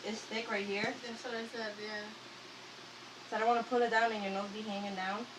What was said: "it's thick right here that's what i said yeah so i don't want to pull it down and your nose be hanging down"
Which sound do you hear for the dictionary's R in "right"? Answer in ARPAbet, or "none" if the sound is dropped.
R